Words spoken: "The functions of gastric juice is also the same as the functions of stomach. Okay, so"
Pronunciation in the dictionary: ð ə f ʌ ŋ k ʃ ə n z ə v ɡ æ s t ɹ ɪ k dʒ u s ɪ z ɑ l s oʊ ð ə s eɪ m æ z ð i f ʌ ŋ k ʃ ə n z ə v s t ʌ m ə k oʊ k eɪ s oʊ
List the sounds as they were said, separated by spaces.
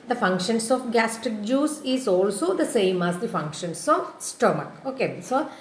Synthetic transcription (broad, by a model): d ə f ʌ ŋ k ʃ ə n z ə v ɡ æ s t ɪ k dʒ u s ɪ z ɑ l s oʊ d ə s eɪ m æ z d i f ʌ ŋ k ʃ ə n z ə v s t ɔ m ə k oʊ k eɪ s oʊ